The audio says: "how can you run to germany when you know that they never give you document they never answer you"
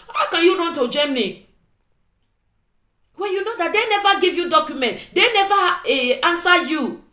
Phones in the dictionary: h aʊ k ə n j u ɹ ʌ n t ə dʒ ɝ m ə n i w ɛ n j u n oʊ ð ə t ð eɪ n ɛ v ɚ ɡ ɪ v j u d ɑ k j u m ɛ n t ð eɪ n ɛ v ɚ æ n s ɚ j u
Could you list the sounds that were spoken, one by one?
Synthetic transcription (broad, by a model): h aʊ k ə n j u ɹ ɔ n t ə dʒ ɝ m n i w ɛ l j u n oʊ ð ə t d eɪ n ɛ v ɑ ɡ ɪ v j u d ɑ k j u m ɛ n t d eɪ n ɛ v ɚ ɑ n s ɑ j u